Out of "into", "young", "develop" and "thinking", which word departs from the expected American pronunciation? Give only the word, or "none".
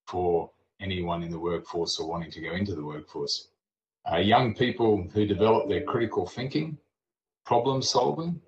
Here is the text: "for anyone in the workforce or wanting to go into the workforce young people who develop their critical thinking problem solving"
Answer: none